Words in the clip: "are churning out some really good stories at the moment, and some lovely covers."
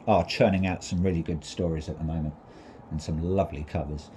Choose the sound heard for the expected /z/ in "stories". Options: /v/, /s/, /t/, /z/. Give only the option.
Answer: /z/